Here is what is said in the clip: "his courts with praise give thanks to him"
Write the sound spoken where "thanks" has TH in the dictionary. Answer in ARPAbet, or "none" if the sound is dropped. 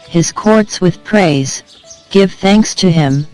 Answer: TH